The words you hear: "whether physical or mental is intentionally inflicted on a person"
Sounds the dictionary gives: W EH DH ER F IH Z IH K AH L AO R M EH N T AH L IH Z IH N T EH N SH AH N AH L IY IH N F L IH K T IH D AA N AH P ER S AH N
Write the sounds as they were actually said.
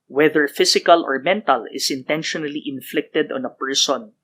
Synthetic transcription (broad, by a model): W EH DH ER F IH S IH K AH L AO R M EH N T AH L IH S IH N T EH N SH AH N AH L IY IH N F L IH K T IH D AA N AH P ER S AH N